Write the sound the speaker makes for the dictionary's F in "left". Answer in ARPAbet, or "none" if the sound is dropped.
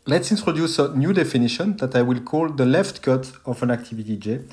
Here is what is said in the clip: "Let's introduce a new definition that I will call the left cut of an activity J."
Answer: F